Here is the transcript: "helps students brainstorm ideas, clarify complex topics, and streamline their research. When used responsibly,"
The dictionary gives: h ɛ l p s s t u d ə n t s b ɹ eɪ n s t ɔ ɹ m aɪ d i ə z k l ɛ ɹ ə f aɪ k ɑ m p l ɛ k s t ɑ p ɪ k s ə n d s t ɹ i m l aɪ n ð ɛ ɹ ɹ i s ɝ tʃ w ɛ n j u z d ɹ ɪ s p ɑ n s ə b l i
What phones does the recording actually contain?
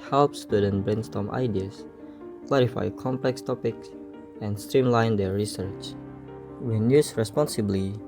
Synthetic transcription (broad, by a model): h ɛ l p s s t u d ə n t b ɹ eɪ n s t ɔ m aɪ d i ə s k l ɛ ɹ ə f aɪ k ɑ m p l ɛ k s t ɑ p ɪ k s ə n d s t ɹ i m l aɪ n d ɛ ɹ ɹ i s ɝ tʃ w ɛ n j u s ɹ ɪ s p ɑ n s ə b l i